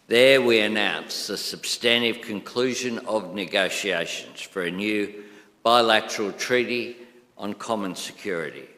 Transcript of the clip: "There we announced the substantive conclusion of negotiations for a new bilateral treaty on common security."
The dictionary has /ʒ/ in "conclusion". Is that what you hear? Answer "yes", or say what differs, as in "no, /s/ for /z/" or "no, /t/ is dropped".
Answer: yes